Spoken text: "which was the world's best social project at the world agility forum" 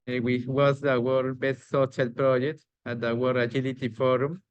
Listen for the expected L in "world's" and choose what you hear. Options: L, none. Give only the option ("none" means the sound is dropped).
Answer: none